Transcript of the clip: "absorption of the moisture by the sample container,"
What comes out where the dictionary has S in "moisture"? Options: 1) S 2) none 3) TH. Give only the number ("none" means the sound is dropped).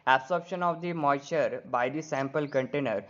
2